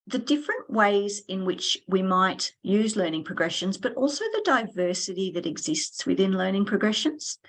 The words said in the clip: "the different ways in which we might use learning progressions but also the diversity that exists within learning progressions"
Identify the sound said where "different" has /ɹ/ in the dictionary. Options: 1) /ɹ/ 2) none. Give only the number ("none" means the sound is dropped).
1